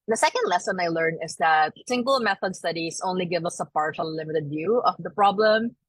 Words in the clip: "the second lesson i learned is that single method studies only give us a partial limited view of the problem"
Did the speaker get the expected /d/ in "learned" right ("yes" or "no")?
no